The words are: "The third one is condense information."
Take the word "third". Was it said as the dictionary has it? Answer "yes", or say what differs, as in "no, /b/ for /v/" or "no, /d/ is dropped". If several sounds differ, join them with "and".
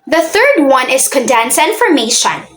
yes